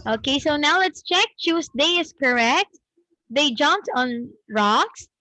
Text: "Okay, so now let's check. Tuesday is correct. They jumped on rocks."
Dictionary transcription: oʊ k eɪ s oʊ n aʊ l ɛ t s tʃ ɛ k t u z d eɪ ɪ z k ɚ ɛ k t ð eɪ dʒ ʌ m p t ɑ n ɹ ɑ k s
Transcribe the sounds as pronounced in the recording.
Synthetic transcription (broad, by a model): oʊ k eɪ s oʊ n aʊ l ɛ t s tʃ ɛ k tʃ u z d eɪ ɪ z k ɚ ɛ k t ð eɪ dʒ ʌ m p t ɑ n ɹ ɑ k s